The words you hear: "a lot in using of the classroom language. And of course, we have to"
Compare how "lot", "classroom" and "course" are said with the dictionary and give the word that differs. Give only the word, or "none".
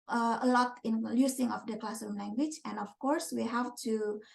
classroom